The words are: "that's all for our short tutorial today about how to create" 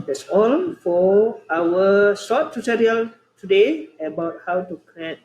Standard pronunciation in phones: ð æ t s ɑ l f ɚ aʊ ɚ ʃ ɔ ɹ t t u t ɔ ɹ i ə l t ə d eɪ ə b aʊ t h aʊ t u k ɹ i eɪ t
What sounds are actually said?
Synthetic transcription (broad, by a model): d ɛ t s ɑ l f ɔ aʊ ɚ s ɔ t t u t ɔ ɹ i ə l t ə d eɪ ə b aʊ t h aʊ t u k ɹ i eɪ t